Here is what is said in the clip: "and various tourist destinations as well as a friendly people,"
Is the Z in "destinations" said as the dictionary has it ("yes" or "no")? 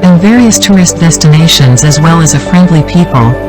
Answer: yes